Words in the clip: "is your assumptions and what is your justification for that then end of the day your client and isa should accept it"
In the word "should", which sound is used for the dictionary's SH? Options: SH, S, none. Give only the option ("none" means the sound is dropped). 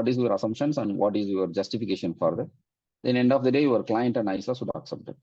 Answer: S